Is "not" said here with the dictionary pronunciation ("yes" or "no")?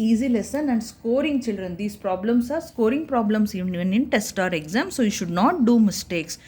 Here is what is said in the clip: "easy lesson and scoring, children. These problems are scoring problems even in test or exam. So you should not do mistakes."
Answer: yes